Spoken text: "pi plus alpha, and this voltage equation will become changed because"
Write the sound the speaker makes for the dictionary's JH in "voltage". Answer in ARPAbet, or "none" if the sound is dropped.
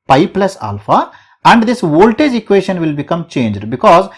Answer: JH